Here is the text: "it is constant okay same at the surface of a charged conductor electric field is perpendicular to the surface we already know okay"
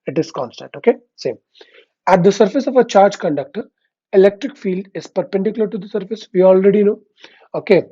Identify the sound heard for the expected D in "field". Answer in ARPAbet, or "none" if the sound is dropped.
D